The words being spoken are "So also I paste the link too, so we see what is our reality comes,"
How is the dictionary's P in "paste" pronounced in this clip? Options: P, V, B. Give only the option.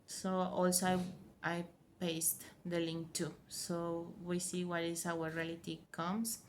P